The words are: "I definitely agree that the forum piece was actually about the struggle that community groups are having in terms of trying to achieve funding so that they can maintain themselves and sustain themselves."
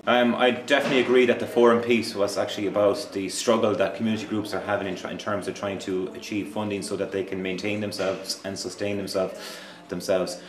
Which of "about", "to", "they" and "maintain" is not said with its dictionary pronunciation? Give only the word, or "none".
none